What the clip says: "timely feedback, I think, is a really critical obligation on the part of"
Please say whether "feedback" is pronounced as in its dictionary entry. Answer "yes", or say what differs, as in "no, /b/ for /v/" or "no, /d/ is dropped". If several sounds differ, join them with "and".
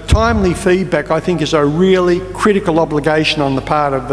yes